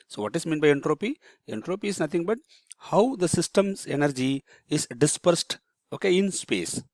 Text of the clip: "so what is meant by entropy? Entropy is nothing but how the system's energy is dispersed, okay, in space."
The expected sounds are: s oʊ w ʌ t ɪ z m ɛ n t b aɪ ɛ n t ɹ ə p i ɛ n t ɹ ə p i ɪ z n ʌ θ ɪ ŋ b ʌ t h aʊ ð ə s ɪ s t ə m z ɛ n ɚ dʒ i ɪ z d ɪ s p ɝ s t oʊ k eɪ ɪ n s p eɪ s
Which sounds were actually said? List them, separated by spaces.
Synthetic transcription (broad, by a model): s oʊ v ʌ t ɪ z m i n b aɪ ɛ n t ɹ ə p i ɛ n t ɹ ə p i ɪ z n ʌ t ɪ ŋ b ʌ t h aʊ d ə s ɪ s t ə m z ɛ n ɚ dʒ i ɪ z d ɪ s p ɝ s t oʊ k eɪ ɪ n s p eɪ s